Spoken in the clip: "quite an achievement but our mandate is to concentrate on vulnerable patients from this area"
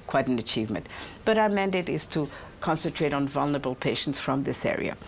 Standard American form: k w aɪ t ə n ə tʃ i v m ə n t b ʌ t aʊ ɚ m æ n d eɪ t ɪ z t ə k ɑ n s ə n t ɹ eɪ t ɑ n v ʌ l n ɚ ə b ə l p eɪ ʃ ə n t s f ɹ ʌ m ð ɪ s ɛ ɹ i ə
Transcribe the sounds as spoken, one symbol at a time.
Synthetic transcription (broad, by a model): k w aɪ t ə n ə tʃ i v m ə n t b ʌ t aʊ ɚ m æ n d eɪ t ɪ z t ə k ɑ n s ə n t ɹ eɪ t n v ʌ l n ɚ ə b ə l p eɪ ʃ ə n t s f ɹ ʌ m ð ɪ s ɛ ɹ i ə